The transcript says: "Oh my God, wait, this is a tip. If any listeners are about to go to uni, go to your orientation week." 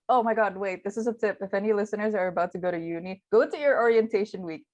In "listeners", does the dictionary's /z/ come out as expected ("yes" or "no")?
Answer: yes